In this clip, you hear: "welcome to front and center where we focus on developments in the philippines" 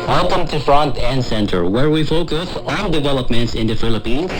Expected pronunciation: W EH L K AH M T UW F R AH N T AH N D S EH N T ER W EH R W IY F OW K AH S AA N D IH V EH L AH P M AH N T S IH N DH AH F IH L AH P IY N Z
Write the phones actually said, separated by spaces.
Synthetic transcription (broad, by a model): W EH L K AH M T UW F R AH N T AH N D S EH N T ER W EH R W IY F OW K AH S AA N D IH V EH L AH P M AH N T S IH N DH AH F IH L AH P IY N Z